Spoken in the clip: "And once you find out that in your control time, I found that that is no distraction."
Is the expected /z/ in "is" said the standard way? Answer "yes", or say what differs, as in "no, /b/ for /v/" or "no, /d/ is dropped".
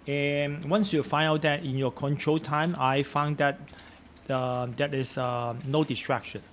no, /s/ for /z/